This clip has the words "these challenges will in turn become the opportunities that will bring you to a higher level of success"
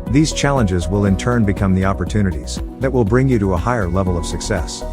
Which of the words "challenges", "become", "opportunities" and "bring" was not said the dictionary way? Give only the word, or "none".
none